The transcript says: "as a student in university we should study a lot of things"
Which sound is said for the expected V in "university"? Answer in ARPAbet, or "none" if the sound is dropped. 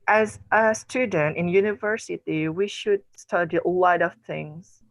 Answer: V